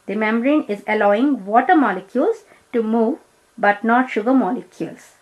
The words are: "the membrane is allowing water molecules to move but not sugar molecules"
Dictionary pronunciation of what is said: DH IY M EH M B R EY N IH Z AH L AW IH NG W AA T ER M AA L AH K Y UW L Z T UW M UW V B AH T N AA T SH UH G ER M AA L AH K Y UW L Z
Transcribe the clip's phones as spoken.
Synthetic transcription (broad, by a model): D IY M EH M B R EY N IH Z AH L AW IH NG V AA T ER M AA L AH K Y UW L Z T UW M UW V B AH T N AA T SH UH G ER M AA L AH K Y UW L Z